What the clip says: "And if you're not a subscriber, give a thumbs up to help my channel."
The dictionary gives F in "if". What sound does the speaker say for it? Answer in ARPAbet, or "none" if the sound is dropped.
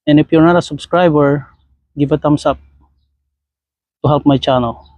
P